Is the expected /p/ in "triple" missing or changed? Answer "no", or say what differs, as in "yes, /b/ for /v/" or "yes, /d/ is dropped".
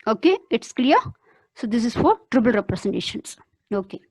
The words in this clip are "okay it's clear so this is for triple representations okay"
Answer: yes, /b/ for /p/